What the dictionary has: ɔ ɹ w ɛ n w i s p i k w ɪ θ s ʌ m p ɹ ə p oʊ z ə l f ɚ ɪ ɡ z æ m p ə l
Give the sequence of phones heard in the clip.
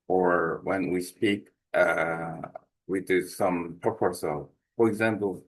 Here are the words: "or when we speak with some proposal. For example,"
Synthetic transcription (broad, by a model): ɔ ɹ w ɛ n w i s p i k w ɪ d s ʌ m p ə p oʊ s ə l f ɚ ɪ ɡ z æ m p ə l